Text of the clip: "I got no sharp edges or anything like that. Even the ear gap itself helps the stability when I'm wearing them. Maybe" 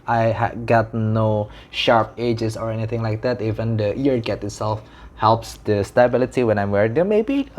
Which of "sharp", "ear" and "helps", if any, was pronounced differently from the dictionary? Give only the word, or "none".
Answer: none